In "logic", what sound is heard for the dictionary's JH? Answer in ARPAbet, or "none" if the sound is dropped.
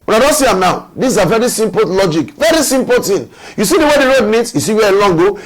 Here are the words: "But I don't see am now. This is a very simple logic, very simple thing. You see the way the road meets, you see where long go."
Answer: JH